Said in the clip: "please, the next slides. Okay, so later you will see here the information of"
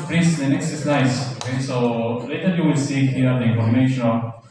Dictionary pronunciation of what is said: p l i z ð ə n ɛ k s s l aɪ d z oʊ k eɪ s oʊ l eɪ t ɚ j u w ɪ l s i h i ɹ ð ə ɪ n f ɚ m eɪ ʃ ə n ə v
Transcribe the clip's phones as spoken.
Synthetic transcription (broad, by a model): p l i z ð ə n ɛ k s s n aɪ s oʊ k eɪ s oʊ l eɪ t ɚ j u w ɪ l s i h i ɹ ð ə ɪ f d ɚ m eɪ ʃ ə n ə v